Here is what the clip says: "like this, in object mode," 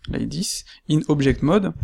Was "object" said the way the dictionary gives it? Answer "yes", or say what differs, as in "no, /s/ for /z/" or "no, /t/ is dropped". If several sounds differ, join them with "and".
no, /ʒ/ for /dʒ/